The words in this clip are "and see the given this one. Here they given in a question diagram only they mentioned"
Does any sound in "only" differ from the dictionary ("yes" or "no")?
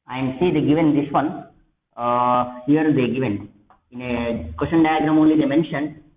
no